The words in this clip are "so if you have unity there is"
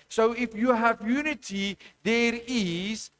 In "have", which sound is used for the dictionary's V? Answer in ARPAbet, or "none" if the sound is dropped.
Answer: V